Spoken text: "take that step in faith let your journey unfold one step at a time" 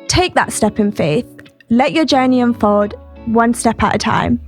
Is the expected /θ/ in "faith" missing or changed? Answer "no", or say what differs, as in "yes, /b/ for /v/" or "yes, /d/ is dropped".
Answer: no